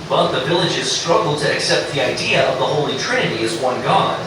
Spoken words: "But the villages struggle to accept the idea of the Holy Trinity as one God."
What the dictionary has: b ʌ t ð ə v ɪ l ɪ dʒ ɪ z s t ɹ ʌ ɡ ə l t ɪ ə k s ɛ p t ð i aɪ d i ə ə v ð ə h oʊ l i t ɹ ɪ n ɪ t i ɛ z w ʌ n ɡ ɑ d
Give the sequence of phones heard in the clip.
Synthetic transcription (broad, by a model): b ʌ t ð ə v ɪ l ɪ dʒ ɪ z s t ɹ ʌ ɡ l t ɪ ə k s ɛ p t ð i aɪ d i ə ə v ð ə h oʊ l i t ɹ ɪ n ɪ t i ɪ z w ʌ n ɡ ɑ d